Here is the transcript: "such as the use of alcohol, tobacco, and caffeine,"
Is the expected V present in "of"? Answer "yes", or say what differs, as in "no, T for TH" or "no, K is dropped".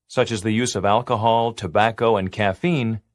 yes